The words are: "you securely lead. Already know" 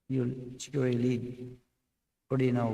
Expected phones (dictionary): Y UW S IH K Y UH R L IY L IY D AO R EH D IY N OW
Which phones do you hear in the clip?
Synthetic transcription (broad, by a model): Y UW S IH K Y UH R IY L IY D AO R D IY N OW